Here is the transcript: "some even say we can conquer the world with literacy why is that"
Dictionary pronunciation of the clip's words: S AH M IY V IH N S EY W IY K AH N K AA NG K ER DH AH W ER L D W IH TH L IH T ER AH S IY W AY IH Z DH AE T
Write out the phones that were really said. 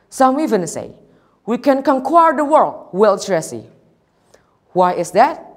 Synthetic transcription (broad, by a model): S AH M IY V IH N S EY W IY K AH N K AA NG K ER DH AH W ER L D W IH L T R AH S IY W AY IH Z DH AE T